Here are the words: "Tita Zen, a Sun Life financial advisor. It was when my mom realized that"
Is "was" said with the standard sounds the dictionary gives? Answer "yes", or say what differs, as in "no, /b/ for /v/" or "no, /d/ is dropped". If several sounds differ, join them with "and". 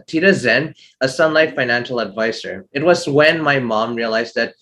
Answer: yes